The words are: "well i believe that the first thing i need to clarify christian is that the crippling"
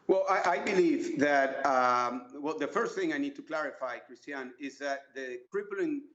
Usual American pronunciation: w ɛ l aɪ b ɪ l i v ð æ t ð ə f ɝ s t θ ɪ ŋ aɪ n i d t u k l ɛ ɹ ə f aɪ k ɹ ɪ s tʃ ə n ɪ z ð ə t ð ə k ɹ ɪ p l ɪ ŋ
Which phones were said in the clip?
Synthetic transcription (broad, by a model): w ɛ l aɪ b ɪ l i v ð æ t ð ə f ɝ s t θ ɪ ŋ aɪ n i d t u k l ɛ ɹ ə f aɪ k ɹ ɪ s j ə n ɪ z ð ə t ð ə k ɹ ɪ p l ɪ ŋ